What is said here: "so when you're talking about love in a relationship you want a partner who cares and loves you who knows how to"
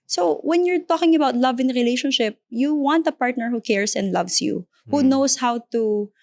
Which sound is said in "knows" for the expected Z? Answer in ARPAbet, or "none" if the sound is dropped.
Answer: S